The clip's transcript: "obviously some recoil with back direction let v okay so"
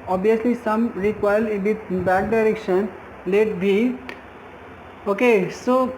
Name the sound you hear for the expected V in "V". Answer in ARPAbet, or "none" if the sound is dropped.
B